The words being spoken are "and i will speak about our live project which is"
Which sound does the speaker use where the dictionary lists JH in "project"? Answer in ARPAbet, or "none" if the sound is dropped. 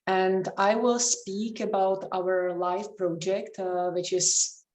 JH